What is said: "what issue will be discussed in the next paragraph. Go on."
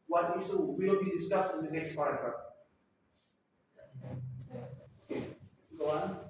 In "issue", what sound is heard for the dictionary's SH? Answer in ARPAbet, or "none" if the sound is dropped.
S